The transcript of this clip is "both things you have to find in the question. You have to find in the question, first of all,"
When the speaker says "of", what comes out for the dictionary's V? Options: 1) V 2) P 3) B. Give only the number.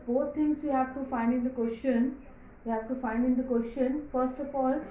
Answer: 2